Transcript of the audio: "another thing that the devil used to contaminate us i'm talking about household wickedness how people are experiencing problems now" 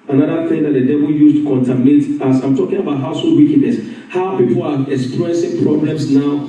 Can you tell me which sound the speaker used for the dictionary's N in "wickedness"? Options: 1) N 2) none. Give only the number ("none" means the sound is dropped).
2